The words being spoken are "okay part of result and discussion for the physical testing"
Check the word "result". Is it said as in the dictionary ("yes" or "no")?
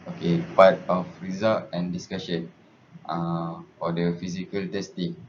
no